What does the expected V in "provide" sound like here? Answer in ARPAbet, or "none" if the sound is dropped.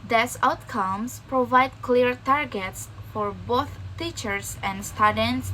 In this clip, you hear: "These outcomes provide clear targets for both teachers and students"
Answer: V